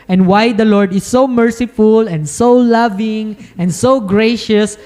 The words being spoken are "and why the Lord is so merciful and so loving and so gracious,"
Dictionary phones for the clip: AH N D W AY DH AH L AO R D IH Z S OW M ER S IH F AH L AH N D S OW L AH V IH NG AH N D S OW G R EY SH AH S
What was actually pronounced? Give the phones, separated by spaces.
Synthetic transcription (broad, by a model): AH N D W AY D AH L AO R D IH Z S OW M ER S IH F AH L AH N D S OW L AH V IH NG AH N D S OW G R EY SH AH S